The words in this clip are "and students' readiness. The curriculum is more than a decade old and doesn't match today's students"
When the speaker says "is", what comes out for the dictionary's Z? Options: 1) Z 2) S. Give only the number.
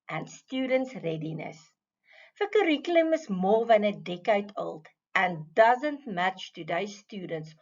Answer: 2